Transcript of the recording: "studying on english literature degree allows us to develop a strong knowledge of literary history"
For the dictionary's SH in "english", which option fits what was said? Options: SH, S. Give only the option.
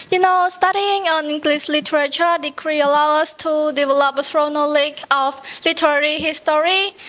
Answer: S